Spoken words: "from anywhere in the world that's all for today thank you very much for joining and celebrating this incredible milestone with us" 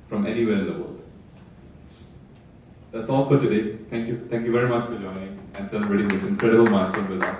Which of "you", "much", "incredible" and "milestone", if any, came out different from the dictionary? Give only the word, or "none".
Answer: milestone